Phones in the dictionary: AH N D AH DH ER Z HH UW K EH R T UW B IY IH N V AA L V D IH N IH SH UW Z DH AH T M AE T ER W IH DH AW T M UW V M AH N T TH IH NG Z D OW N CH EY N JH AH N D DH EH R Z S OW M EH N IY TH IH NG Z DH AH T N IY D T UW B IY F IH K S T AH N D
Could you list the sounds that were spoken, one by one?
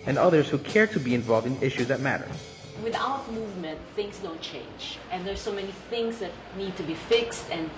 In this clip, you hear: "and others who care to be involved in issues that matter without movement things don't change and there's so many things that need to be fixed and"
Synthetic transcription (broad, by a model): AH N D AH DH ER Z HH UW K EH R T UW B IY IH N V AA L V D IH N IH SH UW Z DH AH T M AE T ER W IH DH AW T M UW V M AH N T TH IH NG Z D OW N CH EY N JH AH N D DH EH R S OW M EH N IY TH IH NG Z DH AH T N IY D T UW B IY F IH K S T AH N